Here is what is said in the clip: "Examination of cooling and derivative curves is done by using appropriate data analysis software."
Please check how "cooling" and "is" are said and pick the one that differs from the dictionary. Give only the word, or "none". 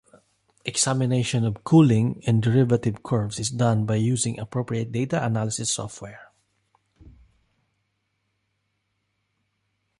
is